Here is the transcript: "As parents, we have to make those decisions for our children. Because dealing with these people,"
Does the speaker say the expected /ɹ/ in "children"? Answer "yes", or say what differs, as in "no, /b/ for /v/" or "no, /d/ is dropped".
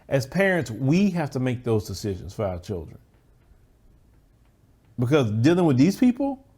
yes